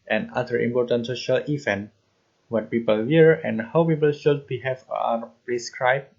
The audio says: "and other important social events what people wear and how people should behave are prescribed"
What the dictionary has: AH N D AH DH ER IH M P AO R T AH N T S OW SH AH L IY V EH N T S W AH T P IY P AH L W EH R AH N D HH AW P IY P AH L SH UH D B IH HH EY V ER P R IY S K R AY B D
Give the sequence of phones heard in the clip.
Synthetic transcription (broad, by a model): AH N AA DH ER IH M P AO R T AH N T S OW SH AH L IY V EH N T W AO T P IY P AH L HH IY R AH N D HH AW P IY P AH L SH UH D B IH HH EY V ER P R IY S K R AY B